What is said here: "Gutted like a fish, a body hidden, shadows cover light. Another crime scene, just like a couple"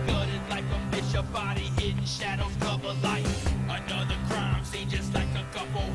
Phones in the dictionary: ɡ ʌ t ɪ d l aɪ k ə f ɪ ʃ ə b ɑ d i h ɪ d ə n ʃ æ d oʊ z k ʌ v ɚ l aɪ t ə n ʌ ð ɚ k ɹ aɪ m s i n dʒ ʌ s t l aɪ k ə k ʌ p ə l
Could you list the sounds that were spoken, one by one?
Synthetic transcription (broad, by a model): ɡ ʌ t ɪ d l aɪ k ə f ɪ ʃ ə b ɑ d i ɪ n ʃ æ d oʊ k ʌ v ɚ l aɪ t ə n ʌ ð ɚ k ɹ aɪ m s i dʒ ʌ s t l aɪ k ə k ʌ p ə